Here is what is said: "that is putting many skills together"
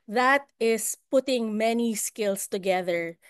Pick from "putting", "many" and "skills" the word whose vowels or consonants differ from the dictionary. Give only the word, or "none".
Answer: skills